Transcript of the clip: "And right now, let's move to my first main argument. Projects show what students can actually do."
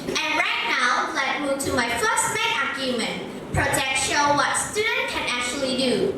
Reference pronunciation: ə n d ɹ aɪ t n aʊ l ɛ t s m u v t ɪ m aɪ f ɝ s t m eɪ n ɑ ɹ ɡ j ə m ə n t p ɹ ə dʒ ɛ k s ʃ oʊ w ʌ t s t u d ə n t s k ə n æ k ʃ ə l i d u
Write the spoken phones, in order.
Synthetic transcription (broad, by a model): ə n ɹ aɪ t n aʊ l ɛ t m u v t ɪ m aɪ f ɝ s t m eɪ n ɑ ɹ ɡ j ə m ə n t p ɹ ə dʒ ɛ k ʃ oʊ w ʌ t s t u d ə n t k ə n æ k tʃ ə l i d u